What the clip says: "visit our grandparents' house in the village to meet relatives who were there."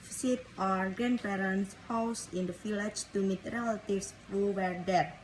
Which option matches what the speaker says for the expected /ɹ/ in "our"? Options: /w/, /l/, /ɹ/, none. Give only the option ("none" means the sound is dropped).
/ɹ/